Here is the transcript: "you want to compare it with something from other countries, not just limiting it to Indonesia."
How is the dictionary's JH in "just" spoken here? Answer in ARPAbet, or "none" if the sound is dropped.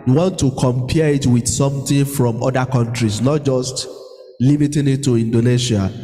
JH